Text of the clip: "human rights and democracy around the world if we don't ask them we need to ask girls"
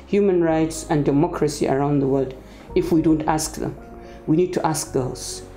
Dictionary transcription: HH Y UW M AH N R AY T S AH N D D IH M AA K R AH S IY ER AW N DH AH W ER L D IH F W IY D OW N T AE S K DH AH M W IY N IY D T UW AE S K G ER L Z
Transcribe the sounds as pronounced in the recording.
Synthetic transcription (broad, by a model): HH Y UW M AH N R AY T S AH N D D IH M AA K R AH S IY ER AW N DH AH W ER L D IH F W IY D OW N T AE S K DH AH M W IY N IY D T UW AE S K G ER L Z